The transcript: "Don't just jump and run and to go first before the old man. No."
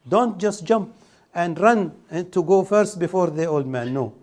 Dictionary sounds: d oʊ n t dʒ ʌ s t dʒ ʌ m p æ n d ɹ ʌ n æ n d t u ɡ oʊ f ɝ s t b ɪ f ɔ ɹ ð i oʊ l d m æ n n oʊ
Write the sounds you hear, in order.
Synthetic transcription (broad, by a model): d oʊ n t dʒ ʌ s t dʒ ʌ m p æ n d ɹ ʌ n n t u ɡ oʊ f ɝ s t b ɪ f ɔ ɹ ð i oʊ l d m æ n n oʊ